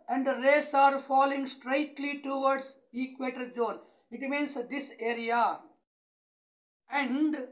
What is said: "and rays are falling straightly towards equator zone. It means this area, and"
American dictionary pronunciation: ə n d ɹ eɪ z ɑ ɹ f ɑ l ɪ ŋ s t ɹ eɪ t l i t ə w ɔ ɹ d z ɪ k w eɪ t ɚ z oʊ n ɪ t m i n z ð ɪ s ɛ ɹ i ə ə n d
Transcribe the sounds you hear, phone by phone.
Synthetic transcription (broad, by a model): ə n d ɹ eɪ s ɑ ɹ f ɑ l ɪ ŋ s t ɹ eɪ t l i t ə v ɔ ɹ d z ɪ k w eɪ t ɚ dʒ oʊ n ɪ t m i n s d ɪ s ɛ ɹ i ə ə n d